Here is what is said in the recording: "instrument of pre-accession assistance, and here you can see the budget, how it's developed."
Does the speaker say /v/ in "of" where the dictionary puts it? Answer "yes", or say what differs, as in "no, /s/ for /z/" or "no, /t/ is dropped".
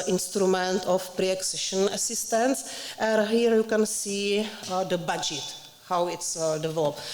no, /f/ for /v/